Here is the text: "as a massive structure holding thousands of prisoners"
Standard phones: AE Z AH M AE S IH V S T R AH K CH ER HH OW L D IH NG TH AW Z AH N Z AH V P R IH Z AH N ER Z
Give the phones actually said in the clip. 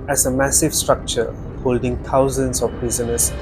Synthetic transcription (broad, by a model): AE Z AH M AE S IH V S T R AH K CH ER HH OW L D IH NG T AW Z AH N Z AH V P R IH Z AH N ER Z